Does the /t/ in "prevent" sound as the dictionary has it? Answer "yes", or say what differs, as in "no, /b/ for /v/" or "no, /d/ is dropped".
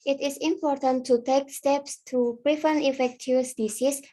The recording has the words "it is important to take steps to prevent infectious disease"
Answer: no, /t/ is dropped